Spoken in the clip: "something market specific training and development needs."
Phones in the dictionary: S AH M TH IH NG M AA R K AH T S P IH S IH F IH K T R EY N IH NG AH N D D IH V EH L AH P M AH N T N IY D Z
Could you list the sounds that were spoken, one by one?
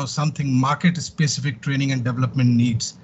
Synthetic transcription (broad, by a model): S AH M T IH NG M AA R K AH T S P IH S IH F IH K T R EY N IH NG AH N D D IH V EH L AH P M AH N T N IY D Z